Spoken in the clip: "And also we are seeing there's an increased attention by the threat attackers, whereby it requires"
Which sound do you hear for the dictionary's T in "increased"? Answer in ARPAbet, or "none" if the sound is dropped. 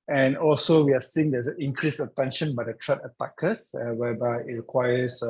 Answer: none